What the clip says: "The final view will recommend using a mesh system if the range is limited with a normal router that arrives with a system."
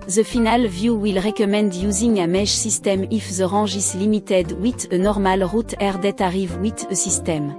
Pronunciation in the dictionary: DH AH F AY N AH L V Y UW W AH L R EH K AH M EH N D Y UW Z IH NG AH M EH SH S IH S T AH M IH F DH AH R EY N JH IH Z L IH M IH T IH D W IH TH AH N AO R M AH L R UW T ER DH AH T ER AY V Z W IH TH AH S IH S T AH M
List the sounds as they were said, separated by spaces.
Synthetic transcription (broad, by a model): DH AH F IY N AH L V Y UW W AH L R EH K AH M EH N D Y UW Z IH NG AH M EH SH S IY S T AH M IH F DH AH R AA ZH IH S L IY M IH T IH D W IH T AH N AO R M AH L R UW T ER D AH T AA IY V W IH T AH S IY S T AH M